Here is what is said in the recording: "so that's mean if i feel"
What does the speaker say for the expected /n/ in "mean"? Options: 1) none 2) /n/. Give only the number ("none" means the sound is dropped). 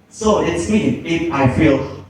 1